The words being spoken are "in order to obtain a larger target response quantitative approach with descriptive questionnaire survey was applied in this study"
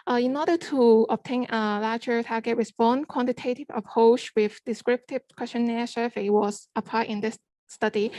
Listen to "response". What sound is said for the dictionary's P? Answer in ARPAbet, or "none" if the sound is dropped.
B